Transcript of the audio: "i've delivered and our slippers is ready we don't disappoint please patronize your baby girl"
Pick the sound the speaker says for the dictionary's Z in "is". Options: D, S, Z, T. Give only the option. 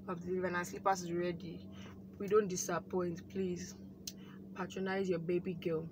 S